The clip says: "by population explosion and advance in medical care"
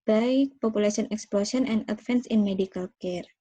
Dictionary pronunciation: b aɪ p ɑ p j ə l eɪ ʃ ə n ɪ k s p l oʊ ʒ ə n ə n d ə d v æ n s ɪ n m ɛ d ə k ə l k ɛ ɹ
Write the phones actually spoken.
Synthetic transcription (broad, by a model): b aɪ p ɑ p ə l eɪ s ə n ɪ k s p l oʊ s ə n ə n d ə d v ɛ n s ɪ n m ɛ d ə k ə l k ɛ ɹ